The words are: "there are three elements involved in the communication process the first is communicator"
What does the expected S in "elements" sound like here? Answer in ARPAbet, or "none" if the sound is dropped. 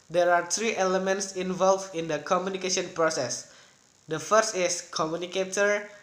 S